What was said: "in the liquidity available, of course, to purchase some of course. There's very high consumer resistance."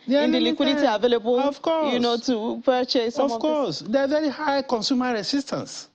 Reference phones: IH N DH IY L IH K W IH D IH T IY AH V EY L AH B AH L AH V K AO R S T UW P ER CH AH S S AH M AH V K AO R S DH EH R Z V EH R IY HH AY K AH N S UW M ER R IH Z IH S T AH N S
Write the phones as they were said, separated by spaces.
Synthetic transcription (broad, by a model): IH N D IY L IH K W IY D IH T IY AH V EY L AH B AH L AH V K AO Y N T UW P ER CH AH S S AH AH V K AO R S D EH V EH R IY HH AY K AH N S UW M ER R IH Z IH S T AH N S